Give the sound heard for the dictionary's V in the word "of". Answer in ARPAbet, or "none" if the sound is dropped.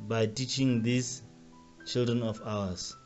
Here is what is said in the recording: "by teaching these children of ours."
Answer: F